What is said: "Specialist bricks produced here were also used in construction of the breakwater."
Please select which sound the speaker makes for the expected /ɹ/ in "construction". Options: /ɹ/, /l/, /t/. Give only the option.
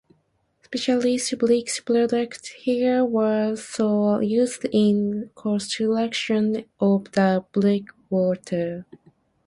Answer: /l/